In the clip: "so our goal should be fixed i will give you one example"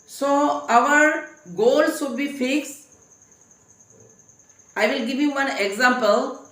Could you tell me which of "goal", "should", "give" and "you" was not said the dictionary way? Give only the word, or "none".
should